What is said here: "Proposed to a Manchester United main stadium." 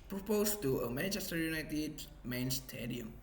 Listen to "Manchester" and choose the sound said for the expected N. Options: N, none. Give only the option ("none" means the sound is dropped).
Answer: none